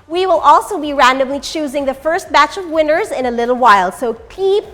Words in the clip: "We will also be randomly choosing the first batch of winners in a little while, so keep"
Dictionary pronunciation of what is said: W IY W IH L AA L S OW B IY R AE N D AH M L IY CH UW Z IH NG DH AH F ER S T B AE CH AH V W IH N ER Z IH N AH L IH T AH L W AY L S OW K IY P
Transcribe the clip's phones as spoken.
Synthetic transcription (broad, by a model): W IY W IH L AA L S OW B IY R AE N D AH M L IY CH UW Z IH NG DH AH F ER S T B AE CH AH V W IH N ER Z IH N AH L IH T L W AY L S OW K IY P